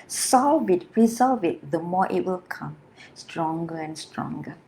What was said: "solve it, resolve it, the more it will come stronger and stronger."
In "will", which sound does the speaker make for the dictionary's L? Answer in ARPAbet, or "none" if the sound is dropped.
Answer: L